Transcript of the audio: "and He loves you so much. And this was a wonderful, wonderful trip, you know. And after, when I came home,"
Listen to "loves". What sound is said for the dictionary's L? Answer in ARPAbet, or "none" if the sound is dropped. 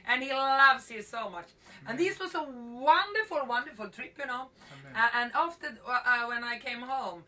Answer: L